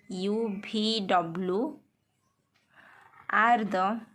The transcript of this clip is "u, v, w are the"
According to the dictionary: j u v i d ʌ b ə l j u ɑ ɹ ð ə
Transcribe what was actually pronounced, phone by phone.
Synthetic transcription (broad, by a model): j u b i d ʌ b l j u ɑ ɹ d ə